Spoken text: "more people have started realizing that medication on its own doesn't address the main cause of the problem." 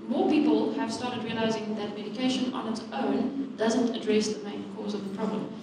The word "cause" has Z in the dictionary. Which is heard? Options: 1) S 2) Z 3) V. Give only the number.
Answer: 2